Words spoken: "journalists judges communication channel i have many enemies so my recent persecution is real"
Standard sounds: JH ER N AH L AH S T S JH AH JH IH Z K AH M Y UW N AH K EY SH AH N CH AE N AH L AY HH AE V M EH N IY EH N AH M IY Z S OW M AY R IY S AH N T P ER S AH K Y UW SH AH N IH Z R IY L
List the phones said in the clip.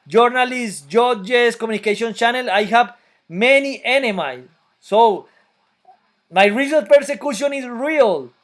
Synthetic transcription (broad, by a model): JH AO N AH L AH S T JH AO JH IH S K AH M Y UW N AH K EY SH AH N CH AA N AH L AY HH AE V M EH N IY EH N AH M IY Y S OW M AY R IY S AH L P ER S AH K Y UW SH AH N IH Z R IY L